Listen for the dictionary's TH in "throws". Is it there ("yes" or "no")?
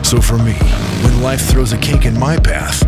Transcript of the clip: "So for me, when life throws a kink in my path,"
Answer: yes